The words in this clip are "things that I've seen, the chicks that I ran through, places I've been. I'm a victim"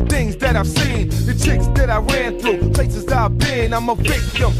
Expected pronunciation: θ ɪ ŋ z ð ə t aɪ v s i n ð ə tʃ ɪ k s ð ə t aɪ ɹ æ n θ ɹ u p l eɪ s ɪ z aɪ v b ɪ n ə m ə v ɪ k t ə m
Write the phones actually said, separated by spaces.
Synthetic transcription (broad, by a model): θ ɪ ŋ z ð ə t aɪ v s i n ð ə tʃ ɪ k s ð ə t aɪ ɹ æ n θ ɹ u p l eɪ s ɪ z aɪ v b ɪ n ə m ə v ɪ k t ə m